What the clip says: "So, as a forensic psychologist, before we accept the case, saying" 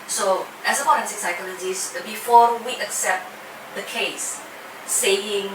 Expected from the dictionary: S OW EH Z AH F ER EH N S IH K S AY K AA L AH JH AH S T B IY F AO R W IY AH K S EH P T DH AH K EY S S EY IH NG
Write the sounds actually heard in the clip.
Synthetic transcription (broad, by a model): S OW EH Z AH P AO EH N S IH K S AY K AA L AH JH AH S B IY F AO W IY AH K S EH P T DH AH K EY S S EY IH NG